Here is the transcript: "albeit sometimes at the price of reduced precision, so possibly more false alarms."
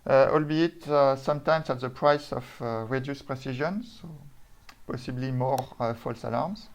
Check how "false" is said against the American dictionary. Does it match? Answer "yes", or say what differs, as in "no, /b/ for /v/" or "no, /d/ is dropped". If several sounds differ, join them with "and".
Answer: yes